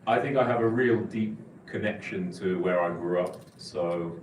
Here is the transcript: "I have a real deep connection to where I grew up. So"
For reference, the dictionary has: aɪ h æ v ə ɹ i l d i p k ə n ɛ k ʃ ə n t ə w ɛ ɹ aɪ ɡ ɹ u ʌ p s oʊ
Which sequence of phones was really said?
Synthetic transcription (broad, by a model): aɪ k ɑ v ə ɹ i l d i p k ə n ɛ k ʃ ə n t ə w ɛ ɹ aɪ ɡ ɹ u ʌ p s oʊ